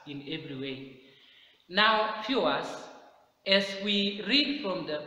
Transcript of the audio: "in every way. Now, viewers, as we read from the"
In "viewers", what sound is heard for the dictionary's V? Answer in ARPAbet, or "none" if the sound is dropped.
F